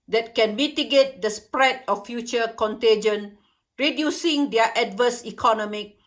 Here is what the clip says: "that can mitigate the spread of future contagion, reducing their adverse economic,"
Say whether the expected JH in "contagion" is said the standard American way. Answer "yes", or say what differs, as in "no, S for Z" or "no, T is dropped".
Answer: yes